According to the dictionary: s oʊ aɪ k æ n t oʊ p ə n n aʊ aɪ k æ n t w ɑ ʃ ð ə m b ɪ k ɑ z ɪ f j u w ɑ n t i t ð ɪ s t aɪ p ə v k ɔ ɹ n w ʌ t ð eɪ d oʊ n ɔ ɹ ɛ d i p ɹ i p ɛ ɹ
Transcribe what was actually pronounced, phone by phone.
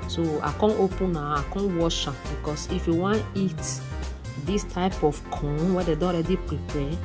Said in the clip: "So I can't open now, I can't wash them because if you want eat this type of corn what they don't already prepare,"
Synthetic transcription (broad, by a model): s oʊ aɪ k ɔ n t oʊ p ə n n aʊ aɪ k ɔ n w ɑ ʃ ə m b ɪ k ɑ s ɪ f j u w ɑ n i t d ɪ s t aɪ p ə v k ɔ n w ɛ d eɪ d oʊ ɔ ɹ ɛ d i p ɹ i p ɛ